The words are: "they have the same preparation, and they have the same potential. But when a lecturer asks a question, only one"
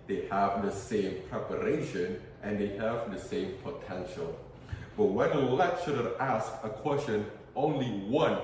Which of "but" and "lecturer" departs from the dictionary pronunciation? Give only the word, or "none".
lecturer